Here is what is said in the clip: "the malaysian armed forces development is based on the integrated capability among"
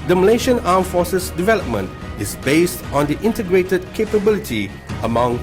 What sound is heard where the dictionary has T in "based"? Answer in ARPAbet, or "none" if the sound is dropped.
T